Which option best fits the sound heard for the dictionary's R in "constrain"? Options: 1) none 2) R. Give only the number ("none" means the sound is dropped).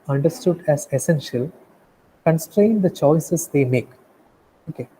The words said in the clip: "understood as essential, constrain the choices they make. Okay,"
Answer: 2